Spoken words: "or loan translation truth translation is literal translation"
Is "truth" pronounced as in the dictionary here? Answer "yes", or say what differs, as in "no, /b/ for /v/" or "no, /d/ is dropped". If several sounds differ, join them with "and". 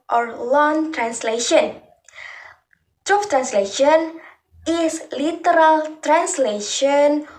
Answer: no, /f/ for /θ/